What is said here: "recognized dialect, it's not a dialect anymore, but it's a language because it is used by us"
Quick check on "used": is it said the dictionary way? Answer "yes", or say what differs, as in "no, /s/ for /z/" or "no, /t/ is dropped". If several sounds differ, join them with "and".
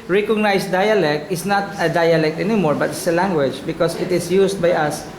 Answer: no, /s/ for /z/